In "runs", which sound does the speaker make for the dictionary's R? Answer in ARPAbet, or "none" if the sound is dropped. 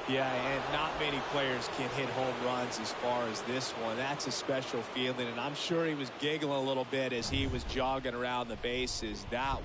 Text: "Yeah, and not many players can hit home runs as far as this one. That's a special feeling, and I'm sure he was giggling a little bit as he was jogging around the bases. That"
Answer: R